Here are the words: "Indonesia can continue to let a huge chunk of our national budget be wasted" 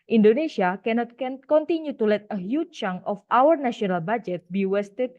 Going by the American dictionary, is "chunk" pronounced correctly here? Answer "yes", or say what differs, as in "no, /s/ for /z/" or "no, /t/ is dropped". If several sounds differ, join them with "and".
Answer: no, /k/ is dropped